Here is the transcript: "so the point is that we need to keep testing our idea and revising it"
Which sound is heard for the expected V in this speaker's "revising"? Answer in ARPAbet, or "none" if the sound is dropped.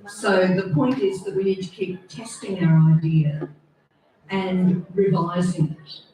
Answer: V